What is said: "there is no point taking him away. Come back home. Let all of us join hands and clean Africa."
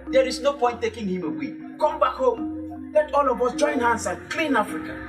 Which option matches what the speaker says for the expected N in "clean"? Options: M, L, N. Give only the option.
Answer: N